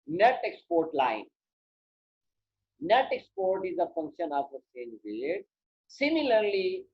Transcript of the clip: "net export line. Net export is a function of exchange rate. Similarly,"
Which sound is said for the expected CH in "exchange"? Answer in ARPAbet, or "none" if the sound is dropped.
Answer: none